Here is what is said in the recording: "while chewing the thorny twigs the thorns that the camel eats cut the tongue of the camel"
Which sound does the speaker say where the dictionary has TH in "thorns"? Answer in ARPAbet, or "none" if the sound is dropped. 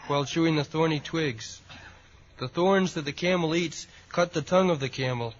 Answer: TH